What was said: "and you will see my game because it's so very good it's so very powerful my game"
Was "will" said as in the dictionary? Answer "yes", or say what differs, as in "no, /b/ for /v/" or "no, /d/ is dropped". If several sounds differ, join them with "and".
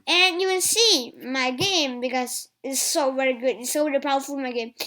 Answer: no, /n/ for /l/